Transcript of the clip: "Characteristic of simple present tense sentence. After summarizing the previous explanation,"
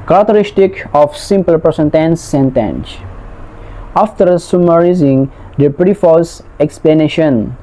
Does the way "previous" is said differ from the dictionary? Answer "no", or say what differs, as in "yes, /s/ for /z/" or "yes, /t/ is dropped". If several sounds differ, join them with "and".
yes, /f/ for /v/